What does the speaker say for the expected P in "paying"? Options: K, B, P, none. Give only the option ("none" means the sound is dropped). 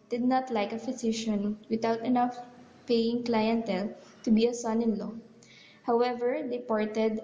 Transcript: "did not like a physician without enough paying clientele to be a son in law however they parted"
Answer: P